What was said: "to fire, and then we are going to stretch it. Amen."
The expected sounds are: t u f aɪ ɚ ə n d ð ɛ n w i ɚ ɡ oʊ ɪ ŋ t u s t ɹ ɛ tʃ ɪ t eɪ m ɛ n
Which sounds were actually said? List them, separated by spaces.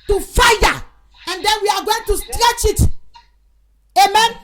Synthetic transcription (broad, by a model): t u f aɪ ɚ ə n d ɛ n w i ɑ ɡ oʊ ɪ ŋ t u s t ɹ ɛ tʃ ɪ t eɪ m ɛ n